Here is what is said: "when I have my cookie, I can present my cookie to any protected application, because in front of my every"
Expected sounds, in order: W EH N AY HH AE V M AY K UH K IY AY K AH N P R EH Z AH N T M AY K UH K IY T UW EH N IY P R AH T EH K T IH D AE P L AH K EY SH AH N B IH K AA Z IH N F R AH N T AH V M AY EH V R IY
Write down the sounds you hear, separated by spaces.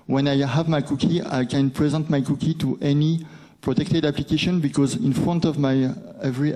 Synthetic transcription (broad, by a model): W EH N AY HH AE V M AY K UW K IY AY K AH N P R EH Z AH N T M AY K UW K IY T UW EH N IY P R AH T EH K T IH D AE P L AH K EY SH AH N B IH K AA Z IH N F R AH N T AH V M AY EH V R IY